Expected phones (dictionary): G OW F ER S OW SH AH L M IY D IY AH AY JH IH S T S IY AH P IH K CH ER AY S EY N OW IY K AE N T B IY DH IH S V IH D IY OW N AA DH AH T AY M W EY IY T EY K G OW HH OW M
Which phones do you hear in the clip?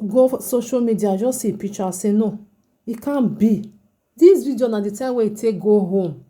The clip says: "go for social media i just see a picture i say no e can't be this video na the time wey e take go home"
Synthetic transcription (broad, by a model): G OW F S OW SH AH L M IY D IY AH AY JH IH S S IY P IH CH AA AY S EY N OW IY K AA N B IY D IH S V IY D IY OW N AA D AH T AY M W EY IY T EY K G OW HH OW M